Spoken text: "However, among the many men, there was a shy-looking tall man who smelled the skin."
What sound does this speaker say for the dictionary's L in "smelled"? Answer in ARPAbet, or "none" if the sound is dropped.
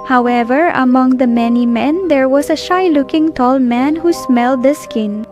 L